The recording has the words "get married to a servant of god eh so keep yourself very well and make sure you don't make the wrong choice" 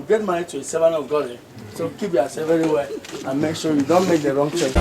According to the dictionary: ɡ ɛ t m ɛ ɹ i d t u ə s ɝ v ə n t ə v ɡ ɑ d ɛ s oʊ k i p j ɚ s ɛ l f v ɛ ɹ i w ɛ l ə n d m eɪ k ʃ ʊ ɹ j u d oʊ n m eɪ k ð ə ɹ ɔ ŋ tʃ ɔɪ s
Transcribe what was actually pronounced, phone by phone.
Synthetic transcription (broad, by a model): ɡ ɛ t m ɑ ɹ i t u ə s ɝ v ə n ə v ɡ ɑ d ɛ s oʊ k i p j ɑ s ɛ v ɛ ɹ i w ɛ l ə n m eɪ k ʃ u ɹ j u d oʊ n m eɪ k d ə ɹ ɔ ŋ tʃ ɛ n